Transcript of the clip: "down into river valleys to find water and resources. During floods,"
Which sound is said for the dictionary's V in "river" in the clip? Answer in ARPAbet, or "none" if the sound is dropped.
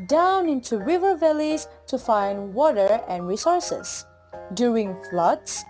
V